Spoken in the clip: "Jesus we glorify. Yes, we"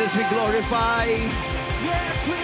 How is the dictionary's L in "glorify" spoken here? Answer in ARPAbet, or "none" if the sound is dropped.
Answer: L